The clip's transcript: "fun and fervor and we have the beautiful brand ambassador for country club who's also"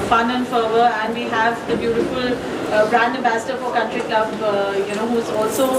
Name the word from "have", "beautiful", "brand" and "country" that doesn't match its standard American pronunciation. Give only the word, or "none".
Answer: none